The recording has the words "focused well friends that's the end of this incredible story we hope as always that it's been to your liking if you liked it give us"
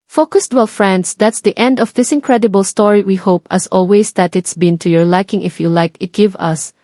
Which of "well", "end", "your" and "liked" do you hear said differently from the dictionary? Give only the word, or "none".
liked